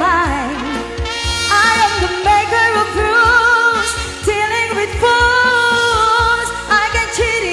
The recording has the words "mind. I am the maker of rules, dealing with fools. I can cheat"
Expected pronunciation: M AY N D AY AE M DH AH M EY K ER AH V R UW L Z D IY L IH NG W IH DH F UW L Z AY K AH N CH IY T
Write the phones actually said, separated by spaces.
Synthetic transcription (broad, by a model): AY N AY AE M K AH M EY K ER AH P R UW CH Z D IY L IH NG W IH DH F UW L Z AY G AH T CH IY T